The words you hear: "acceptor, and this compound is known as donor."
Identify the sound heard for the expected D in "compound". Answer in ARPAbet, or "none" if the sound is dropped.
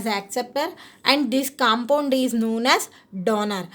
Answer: D